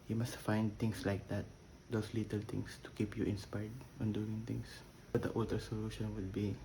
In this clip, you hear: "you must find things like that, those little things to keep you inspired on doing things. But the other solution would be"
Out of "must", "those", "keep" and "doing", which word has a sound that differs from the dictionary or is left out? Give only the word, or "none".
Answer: those